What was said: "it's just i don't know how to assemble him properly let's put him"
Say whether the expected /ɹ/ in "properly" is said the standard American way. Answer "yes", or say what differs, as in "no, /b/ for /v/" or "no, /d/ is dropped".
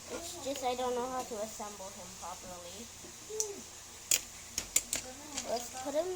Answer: no, /ɹ/ is dropped